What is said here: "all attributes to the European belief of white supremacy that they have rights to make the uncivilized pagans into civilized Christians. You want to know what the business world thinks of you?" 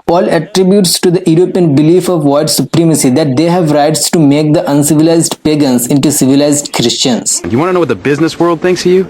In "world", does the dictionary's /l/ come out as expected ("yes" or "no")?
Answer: yes